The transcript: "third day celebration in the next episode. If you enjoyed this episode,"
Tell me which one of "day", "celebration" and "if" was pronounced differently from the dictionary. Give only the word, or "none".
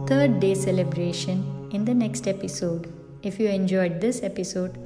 none